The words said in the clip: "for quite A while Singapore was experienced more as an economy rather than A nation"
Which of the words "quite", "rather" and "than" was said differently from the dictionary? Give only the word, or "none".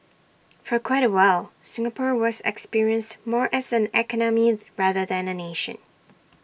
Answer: none